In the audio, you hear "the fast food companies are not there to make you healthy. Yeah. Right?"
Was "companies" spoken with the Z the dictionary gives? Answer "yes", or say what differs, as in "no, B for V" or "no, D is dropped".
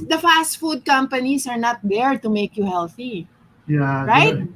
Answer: no, S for Z